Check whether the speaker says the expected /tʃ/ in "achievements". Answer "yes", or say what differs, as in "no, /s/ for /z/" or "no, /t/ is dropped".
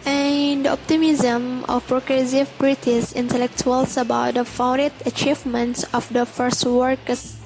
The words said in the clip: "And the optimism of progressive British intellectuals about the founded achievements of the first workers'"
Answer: yes